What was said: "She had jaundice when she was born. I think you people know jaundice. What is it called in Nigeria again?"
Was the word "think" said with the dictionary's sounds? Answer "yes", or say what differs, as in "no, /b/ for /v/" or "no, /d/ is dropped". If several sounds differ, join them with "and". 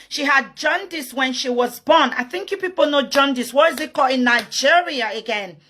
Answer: yes